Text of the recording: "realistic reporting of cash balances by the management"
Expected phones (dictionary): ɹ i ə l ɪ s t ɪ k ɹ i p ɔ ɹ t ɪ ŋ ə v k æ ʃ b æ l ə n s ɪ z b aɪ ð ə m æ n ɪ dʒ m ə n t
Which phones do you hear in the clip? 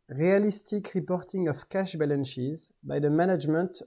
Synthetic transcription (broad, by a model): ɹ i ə l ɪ s t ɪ k ɹ i p ɔ ɹ t ɪ ŋ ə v k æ ʃ b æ l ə n ʃ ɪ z b aɪ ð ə m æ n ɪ dʒ m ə n t